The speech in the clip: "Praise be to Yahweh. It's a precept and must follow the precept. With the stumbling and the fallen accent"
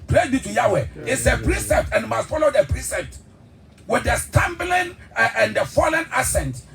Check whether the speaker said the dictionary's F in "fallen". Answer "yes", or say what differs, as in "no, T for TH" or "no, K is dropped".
yes